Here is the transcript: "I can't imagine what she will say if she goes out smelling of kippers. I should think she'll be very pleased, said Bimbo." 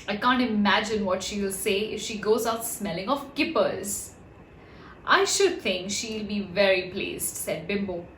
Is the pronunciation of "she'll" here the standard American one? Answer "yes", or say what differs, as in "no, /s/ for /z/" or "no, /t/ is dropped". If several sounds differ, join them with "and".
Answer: yes